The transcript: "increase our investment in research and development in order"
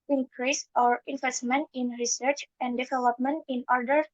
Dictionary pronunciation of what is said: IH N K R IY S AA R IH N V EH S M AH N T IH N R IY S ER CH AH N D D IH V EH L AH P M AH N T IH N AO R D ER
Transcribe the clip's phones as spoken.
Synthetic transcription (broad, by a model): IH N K R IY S AA R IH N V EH S M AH N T IH N R IY S ER CH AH N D D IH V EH L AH P M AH N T IH N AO R D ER